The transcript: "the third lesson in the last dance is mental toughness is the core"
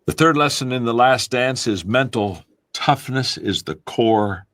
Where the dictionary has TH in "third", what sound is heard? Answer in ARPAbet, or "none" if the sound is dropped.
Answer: TH